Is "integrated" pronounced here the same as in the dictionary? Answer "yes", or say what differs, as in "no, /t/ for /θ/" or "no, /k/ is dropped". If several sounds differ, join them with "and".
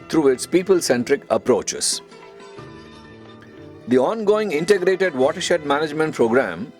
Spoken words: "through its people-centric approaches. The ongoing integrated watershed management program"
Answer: yes